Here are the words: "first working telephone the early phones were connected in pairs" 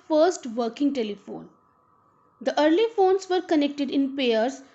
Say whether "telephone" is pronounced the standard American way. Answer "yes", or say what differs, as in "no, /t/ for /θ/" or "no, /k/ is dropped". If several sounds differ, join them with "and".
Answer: yes